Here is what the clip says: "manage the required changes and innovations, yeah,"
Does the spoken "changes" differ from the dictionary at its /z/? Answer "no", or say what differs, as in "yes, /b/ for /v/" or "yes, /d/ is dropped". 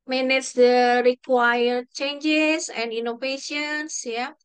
yes, /s/ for /z/